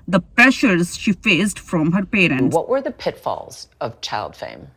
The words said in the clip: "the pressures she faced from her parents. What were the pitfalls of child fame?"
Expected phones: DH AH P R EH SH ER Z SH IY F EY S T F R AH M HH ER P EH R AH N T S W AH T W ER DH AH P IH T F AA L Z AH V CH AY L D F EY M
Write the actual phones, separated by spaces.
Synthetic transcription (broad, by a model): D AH P R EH SH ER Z SH IY F EY S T F R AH M HH ER P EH R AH N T W AH T W ER DH AH P IH T F AA L Z AH V CH AY L D F EY M